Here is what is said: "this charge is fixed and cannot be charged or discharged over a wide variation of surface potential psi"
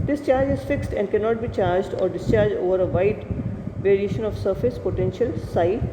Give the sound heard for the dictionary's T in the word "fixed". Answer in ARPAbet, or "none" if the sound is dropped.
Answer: T